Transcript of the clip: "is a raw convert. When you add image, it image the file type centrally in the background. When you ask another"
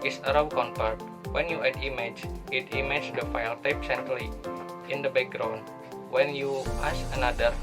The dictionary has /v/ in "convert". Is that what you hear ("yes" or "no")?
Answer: no